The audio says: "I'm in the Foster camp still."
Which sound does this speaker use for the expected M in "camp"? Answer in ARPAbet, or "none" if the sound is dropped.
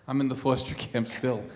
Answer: M